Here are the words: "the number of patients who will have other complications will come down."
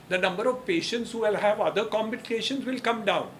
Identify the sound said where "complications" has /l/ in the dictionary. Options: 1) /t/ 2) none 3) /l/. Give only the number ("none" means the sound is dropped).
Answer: 2